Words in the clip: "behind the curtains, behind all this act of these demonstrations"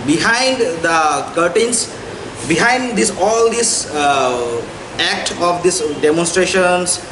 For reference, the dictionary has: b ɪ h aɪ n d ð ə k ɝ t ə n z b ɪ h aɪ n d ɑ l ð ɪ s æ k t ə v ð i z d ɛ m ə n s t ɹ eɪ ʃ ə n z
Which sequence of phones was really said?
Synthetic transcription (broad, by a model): b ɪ h aɪ n d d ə k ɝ t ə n s b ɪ h aɪ n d ɑ l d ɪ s æ k t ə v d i s d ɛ m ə n s t ɹ eɪ ʃ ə n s